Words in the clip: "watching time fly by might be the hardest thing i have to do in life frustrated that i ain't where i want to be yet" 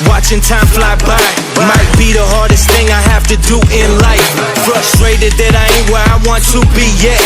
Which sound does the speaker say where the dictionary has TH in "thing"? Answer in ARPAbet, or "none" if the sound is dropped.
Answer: TH